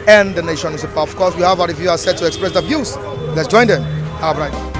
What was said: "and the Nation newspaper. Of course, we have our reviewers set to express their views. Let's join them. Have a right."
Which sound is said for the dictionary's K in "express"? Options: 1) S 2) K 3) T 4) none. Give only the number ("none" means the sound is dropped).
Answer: 2